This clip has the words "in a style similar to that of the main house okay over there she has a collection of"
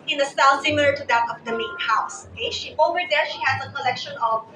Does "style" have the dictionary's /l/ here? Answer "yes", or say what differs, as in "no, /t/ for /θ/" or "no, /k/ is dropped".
no, /n/ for /l/